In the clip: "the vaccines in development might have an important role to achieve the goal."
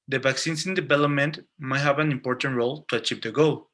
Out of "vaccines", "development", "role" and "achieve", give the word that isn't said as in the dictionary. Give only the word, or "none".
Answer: vaccines